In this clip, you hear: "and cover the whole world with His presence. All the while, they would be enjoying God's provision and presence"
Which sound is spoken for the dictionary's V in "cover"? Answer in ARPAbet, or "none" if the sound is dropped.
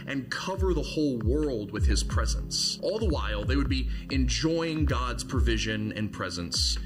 V